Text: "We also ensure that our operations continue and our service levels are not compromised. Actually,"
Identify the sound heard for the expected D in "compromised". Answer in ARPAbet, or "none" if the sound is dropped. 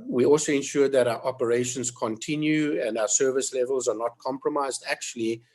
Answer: D